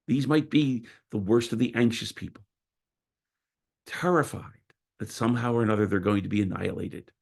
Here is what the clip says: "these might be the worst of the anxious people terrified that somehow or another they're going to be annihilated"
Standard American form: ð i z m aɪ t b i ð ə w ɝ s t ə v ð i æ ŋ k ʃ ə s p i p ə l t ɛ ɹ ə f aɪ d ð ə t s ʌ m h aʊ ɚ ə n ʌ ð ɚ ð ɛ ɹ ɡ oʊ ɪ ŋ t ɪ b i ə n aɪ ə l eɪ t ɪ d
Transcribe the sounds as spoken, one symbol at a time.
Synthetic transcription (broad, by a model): ð i z m aɪ t b i ð ə w ɝ s t ə v ð i æ ŋ k ʃ ə s p i p l t ɛ ɹ ə f aɪ d ð ə t s ʌ m h aʊ ɚ ə n ʌ ð ɚ ð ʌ ɹ ɡ oʊ ɪ ŋ t ɪ b i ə n aɪ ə l eɪ t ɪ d